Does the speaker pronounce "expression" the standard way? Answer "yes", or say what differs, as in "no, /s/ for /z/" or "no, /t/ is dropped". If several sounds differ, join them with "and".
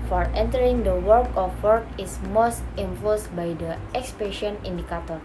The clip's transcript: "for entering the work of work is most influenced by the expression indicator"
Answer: no, /ɹ/ is dropped